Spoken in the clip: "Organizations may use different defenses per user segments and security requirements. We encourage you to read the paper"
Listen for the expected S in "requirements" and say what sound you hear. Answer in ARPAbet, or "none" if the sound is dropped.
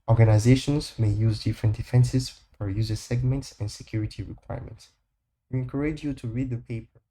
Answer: S